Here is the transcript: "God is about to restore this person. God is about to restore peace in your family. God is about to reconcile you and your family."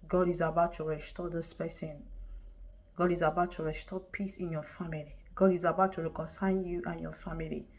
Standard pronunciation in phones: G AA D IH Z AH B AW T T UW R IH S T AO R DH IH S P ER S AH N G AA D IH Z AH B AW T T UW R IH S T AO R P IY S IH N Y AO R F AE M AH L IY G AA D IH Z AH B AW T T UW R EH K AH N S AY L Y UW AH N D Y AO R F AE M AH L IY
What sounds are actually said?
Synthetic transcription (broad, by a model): G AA D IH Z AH B AW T T UW R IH S T AO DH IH S P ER S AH N G AA D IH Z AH B AW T T UW R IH S T AO P IY S IH N Y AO F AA M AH L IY G AA D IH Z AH B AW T T UW R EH K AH N S AY N Y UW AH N Y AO F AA M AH L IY